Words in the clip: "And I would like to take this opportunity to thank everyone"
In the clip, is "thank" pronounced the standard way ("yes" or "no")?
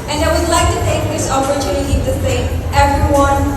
no